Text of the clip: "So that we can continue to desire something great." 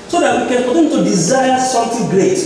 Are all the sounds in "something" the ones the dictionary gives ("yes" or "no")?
no